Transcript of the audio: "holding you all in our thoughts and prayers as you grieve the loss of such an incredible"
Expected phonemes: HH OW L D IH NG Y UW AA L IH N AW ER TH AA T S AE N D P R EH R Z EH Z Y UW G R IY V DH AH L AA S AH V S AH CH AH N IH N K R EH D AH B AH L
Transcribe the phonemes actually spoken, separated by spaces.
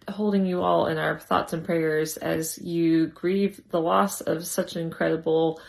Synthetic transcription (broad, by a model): HH OW L D IH NG Y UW AA L IH N AW ER TH AA T S N P R EH R Z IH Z Y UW G R IY V DH AH L AA S AH V S AH CH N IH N K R EH D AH B L